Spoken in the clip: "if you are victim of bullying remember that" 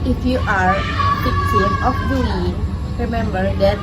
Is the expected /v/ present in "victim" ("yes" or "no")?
no